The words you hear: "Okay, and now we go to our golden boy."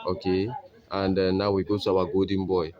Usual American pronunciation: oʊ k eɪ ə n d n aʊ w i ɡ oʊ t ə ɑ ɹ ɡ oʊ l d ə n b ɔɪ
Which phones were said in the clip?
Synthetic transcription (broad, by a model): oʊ k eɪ ə n d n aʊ w i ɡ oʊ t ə ɑ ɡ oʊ d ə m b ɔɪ